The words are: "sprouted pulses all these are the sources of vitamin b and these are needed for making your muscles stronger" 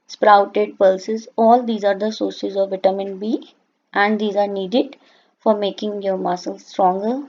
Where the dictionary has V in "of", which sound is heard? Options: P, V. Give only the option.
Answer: V